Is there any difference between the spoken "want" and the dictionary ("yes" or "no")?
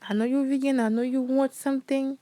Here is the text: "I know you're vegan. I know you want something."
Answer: yes